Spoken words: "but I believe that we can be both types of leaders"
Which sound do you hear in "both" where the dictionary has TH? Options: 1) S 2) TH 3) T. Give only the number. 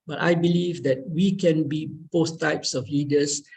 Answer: 1